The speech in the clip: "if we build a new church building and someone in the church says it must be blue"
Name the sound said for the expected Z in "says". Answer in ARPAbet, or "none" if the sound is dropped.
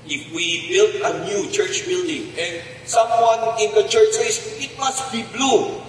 S